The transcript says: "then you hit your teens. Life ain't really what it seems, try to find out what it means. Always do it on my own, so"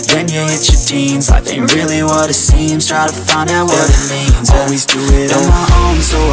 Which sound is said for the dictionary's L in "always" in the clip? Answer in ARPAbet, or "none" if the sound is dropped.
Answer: L